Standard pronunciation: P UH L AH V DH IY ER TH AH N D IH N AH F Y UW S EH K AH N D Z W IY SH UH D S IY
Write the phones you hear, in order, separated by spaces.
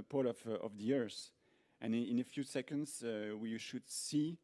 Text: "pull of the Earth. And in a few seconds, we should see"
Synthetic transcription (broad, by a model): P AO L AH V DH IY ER S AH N IH N AH F Y UW S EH K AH N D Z W IY SH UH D S IY